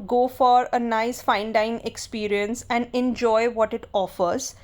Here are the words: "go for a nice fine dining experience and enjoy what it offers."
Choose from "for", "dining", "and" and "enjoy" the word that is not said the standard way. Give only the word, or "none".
dining